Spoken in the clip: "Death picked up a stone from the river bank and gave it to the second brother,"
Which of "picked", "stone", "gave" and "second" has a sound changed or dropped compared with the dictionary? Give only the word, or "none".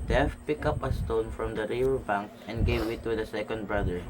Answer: picked